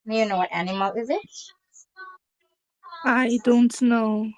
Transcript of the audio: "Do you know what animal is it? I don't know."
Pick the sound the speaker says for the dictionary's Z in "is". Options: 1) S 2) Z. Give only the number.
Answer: 2